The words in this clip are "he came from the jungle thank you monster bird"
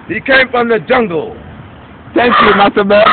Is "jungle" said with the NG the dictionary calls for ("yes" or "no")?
yes